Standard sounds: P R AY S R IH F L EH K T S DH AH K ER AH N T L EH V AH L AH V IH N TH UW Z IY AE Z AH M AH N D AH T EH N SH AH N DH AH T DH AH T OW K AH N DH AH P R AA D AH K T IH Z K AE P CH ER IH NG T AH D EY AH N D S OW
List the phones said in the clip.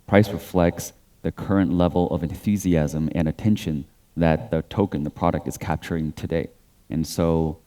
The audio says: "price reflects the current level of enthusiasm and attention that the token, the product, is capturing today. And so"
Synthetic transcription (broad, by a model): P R AY S R IH F L EH K T S DH AH K ER AH N T L EH V L AH V IH N TH UW Z IY AE Z AH M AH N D AH T EH N SH AH N DH AH T DH AH T OW K AH N DH AH P R AA D AH K T IH Z K AE P CH ER IH NG T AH D EY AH N S OW